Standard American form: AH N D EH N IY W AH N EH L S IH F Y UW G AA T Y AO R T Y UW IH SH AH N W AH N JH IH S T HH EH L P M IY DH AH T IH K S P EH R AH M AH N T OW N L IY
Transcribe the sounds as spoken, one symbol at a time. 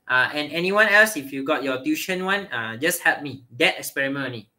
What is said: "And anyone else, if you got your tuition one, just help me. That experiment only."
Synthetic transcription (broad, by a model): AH N EH N IY W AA N EH L S IH F Y UW G AA T Y AO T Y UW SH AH N W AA N JH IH S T HH EH L P M IY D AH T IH K S P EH R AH M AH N OW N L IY